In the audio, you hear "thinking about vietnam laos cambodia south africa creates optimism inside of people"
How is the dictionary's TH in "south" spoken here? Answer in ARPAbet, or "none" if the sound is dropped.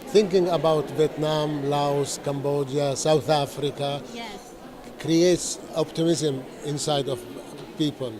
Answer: TH